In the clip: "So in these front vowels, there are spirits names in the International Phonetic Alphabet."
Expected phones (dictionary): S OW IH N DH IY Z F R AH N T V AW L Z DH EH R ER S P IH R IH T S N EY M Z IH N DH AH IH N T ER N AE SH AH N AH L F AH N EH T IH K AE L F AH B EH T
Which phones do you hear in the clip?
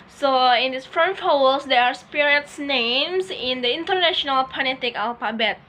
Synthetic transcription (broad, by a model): S OW IH N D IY S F R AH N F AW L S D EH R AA S P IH R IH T S N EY M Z IH N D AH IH N T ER N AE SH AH N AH L P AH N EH T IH K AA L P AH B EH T